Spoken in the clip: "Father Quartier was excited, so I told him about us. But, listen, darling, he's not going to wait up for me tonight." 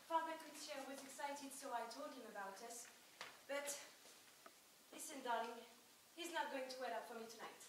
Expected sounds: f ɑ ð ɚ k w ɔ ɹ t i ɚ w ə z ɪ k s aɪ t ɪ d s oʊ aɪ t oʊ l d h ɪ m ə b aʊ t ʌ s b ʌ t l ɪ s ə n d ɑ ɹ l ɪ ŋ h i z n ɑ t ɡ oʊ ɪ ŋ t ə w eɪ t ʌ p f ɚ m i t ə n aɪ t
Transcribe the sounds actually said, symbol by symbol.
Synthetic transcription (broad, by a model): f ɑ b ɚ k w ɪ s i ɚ w ə z ɪ k s aɪ t ɪ d s oʊ aɪ t oʊ l d h ɪ m ə b aʊ t ʌ s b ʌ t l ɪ s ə n d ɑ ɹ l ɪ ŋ h i z n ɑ t ɡ oʊ ɪ ŋ t ə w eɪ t ʌ p f ɚ m i t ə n aɪ t